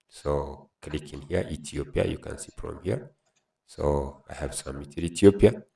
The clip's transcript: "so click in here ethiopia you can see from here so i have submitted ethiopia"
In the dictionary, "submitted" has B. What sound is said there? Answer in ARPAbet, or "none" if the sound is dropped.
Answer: none